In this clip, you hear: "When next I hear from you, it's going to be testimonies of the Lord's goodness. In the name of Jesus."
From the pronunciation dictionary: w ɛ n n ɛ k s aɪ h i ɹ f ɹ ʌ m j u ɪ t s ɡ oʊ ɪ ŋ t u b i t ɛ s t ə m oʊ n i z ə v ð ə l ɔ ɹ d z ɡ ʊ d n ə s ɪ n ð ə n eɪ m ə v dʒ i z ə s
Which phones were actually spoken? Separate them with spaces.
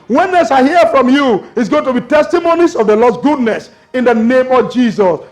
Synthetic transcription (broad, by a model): w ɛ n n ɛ s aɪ h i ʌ f ɹ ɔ m j u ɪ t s ɡ oʊ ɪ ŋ t u b i t ɛ s t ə m oʊ n i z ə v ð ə l ɔ d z ɡ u d n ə s ɪ n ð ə n eɪ m ə v dʒ i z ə s